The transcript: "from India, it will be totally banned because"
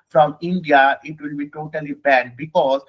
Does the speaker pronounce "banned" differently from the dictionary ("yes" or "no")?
yes